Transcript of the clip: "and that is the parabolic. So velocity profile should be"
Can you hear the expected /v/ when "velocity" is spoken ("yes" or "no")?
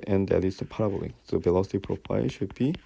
no